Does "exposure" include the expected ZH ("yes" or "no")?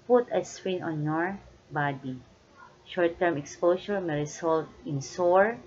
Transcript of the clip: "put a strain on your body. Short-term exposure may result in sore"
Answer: no